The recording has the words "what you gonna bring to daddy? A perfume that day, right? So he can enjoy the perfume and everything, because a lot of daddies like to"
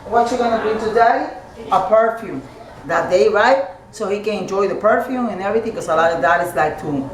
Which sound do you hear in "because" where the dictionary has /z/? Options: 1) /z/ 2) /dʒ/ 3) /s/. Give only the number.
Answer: 3